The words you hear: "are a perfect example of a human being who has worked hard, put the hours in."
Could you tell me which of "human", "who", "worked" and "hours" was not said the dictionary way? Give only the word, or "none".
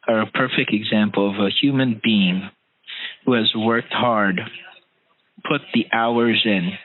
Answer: none